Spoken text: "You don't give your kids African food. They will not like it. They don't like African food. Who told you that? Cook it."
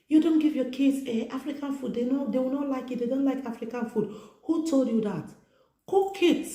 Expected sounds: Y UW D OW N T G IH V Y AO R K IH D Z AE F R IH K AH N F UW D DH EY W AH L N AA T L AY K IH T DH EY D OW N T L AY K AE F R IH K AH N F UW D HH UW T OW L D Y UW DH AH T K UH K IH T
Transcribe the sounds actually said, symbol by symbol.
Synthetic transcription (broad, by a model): Y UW D OW N T G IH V Y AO K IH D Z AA F R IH K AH N F UW D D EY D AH W N AA T L AY K IH T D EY D OW N T L AY K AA F R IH K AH N F UW D HH UW T OW L D Y UW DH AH T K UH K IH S